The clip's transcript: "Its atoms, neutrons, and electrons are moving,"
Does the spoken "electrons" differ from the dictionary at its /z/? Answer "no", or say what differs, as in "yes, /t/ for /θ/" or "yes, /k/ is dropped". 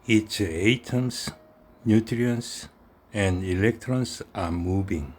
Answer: yes, /s/ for /z/